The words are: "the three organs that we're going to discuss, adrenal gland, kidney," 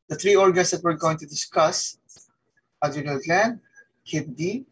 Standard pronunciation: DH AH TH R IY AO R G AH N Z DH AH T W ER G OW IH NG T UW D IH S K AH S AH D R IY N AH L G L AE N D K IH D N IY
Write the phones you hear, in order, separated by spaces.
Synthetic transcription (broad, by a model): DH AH T R IY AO R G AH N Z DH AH T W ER G OW IH NG T UW D IH S K AH S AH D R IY AH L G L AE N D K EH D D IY